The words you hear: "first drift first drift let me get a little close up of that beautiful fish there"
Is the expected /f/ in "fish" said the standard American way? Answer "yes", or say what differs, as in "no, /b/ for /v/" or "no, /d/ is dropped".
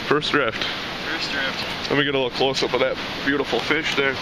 yes